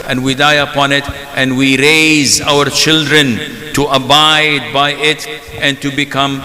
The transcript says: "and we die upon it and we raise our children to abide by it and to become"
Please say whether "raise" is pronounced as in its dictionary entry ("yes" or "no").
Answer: yes